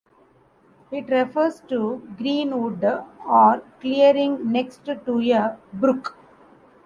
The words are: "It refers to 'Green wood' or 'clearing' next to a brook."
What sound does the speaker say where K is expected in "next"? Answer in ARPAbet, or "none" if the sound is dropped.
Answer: K